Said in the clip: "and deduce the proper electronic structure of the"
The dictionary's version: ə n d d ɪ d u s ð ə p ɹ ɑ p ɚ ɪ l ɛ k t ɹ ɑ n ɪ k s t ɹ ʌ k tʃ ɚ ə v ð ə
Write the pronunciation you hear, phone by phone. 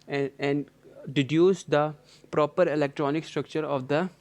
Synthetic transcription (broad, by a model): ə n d d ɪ d u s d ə p ɹ ɑ p ɚ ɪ l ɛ k t ɹ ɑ n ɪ k s t ɹ ʌ k tʃ ɚ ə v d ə